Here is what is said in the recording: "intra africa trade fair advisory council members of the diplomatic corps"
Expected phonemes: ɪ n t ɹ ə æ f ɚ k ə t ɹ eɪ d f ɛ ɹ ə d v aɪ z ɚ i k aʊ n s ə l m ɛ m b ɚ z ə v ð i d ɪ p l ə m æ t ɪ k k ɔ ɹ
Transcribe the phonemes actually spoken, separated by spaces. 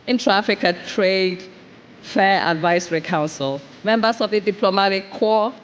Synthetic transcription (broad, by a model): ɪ n t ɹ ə f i k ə t ɹ eɪ d f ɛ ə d v aɪ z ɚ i k aʊ n s ə l m ɛ m b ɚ s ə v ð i d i p l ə m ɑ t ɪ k k ɔ